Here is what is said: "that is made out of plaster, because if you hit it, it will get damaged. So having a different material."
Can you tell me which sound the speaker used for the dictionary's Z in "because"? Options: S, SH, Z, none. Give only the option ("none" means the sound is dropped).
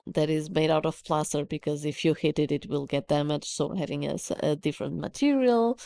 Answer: Z